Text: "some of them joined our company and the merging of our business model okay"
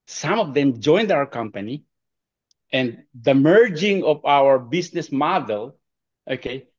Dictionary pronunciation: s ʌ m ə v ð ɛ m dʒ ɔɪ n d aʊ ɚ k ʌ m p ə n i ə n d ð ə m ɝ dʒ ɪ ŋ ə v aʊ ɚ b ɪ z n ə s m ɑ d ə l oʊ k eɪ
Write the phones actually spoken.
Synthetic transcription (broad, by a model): s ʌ m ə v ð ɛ m dʒ ɔɪ n d aʊ ɚ k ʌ m p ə n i ə n d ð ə m ɝ dʒ ɪ ŋ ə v aʊ ɚ b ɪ s n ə s m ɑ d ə l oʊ k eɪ